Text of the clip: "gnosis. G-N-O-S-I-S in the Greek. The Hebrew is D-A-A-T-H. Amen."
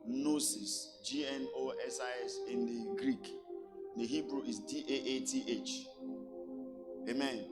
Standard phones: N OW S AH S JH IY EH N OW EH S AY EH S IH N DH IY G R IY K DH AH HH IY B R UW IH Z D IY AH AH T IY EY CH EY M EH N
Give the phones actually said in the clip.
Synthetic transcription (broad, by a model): N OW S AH S JH IY EH N OW EH S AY EH S IH N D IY G R IY K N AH HH IY B R UW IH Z D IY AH AH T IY EY CH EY M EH N